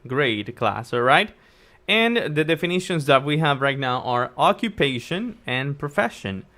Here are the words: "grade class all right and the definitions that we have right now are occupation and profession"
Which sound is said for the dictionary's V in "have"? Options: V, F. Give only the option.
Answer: V